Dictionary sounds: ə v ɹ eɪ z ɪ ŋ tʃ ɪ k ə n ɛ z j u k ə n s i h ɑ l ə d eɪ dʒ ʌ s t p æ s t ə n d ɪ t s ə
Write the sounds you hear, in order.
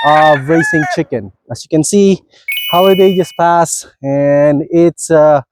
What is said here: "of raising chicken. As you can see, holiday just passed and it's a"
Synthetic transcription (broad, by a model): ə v ɹ eɪ s ɪ ŋ tʃ ɪ k ə n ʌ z j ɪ k ə n s i h ɑ l ə d eɪ dʒ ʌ s p æ s ə n ɪ t s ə